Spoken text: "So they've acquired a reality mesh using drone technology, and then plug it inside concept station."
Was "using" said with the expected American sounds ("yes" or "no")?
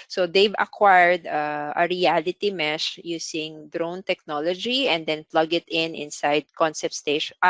no